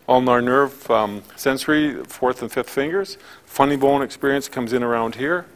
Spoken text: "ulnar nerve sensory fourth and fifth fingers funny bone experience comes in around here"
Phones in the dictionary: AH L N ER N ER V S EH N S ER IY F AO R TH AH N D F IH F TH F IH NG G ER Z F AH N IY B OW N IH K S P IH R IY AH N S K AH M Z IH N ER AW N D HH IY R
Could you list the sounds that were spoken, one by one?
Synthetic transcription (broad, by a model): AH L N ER N ER V S EH N S ER IY F AO R TH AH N F IH F TH F IH NG G ER Z F AH N IY B OW N IH K S P IH R IY AH N S K AH M Z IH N ER AW N D HH IY R